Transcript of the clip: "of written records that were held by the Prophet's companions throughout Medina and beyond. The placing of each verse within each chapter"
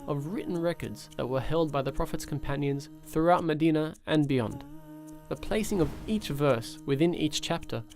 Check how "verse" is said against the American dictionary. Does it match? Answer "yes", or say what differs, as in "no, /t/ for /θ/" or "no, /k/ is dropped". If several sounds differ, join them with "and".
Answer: yes